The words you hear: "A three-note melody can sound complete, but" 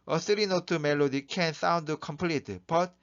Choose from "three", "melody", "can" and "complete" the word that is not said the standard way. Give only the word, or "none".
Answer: three